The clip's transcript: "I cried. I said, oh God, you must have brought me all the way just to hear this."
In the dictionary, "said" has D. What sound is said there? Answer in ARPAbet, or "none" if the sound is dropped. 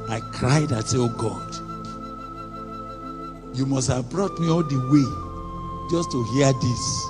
none